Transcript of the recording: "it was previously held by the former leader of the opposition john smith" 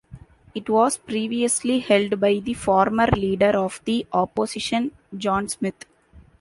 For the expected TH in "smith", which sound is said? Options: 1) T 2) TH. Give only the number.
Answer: 1